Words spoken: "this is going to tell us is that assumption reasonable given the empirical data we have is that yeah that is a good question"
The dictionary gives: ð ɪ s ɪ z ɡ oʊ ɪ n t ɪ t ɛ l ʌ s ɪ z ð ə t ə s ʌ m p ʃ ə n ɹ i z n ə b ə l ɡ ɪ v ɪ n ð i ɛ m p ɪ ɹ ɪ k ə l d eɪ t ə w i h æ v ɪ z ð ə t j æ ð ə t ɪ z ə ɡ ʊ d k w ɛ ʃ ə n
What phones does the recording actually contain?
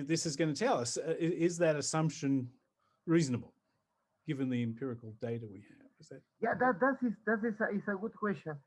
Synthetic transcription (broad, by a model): ð ɪ s ɪ z ɡ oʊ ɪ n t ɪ t ɛ l ʌ s ɪ z ð ə t ə s ʌ m p ʃ ə n ɹ i z n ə b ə l ɡ ɪ v ɪ n ð i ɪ m p ɪ ɹ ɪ k l d eɪ t ə w i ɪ v ɪ z ð ə t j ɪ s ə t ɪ s ə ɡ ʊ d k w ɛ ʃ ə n